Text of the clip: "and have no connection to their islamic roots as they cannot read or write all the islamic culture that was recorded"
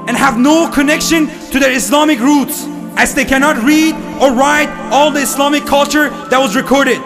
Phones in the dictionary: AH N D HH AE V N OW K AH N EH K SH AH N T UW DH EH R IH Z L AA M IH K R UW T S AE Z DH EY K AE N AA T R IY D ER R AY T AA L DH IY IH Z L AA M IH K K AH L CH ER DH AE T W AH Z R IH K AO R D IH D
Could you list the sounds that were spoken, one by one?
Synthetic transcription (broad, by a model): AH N HH AE V N OW K AH N EH K SH AH N T UW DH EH R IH S L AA M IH K R UW T S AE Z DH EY K AE N AA T R IY D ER R AY T AA L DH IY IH S L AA M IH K K AH L CH ER DH AE T W AH Z R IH K AO R D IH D